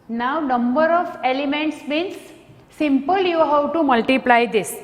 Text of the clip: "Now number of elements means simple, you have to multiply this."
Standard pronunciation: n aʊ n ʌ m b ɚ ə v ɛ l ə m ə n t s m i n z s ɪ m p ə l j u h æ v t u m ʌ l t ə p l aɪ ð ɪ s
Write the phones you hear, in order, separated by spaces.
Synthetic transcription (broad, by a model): n aʊ n ʌ m b ɚ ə f ɛ l ə m ə n t s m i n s s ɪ m p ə l j u h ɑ w t u m ʌ l t ə p l aɪ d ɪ s